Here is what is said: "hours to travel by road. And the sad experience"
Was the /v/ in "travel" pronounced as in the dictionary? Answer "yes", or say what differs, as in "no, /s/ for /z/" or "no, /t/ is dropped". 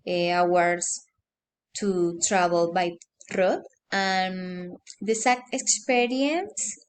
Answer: no, /b/ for /v/